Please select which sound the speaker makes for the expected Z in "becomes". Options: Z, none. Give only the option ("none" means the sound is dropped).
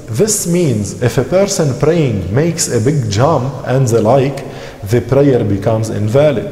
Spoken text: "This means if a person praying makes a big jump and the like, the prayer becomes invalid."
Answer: Z